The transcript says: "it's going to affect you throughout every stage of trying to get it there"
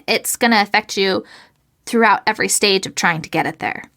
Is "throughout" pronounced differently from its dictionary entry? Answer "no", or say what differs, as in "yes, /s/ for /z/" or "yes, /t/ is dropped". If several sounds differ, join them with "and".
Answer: no